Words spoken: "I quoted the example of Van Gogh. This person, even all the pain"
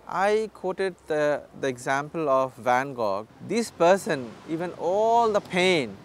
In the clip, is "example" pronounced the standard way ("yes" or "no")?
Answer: yes